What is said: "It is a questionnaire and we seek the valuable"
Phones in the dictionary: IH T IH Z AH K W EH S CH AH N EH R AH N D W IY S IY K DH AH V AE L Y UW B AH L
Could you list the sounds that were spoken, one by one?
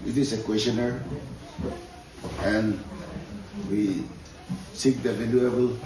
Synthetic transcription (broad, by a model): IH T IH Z AH K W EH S AH N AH R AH N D W IY S IY K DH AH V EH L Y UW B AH L